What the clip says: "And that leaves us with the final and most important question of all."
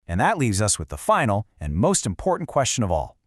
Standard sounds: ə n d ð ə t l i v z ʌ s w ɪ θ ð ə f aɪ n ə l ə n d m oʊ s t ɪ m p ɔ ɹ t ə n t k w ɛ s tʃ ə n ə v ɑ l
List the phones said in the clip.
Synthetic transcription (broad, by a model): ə n ð ə t l i v z ʌ s w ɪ ð ə f aɪ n l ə n m oʊ s t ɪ m p ɔ ɹ t n k w ɛ s tʃ ə n ə v ɑ l